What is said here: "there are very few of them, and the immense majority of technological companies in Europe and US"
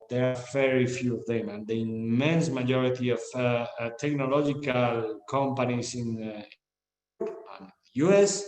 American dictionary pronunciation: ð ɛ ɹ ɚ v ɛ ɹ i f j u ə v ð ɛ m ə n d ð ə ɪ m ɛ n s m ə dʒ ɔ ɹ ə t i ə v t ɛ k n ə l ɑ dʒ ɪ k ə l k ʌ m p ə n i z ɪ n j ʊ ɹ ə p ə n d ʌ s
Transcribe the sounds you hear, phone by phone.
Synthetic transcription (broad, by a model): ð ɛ ɹ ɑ v ɛ ɹ i f j u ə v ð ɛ m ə n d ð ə ɪ m ɛ n s m ə dʒ ɔ ɹ ə t i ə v t ɛ k n ə l ɑ dʒ ɪ k ə l k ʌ m p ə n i s ɪ n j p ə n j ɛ s